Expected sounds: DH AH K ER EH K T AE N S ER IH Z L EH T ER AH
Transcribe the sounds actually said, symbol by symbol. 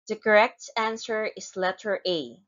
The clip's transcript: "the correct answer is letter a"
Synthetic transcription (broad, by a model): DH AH K ER EH K T AE N S ER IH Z L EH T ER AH